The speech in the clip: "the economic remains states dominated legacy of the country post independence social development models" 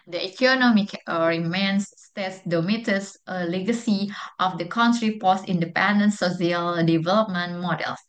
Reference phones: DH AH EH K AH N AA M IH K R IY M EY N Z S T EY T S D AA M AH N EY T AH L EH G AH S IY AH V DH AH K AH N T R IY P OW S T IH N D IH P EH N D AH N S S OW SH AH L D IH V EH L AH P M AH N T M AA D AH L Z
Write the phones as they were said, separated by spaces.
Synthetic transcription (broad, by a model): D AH EH K AH N AA M IH K R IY M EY N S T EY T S D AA M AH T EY S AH L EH G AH S IY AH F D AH K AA N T R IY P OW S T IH N D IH P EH N D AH N S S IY AH L D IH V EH L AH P M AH N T M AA D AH L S